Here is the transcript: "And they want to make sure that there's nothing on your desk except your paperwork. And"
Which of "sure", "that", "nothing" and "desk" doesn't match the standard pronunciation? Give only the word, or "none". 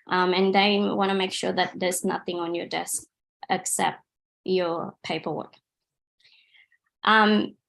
none